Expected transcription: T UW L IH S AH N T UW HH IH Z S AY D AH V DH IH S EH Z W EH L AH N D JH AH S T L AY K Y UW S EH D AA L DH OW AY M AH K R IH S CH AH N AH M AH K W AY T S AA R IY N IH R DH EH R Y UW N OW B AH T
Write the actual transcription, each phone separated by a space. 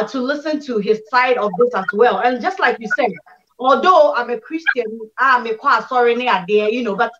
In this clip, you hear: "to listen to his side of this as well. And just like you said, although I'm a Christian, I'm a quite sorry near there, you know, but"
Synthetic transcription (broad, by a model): T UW L IH S AH N T UW HH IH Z S AY D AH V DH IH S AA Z W EH L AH N JH AH S T L AY K Y UW S EH D AA L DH OW AY M AH K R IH S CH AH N AH M AH K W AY S AA R IY N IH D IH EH Y UW N OW B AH T